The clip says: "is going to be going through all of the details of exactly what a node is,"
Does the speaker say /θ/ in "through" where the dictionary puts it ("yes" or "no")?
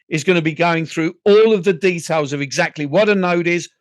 yes